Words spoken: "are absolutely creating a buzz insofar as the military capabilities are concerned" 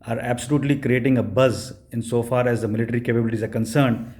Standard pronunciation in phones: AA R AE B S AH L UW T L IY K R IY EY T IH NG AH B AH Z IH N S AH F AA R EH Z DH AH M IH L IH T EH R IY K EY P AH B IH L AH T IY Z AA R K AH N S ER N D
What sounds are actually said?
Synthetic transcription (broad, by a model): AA R AE B S AH L UW T L IY K R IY EY T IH NG AH B AH Z IH N S AH F AA R EH Z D AH M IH L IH T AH R IY K EY P AH B IH L AH T IY Z AA R K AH N S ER N D